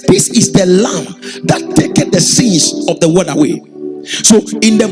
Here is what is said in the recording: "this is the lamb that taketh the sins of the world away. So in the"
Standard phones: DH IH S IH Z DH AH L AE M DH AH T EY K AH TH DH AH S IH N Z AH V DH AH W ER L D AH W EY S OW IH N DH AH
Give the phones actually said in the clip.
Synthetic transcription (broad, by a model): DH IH S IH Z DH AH L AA M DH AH T EY K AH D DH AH S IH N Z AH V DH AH W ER D AH W EY S OW IH N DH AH